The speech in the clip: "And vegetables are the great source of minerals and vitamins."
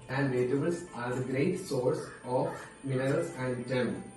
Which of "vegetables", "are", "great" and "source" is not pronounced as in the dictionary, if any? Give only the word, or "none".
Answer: vegetables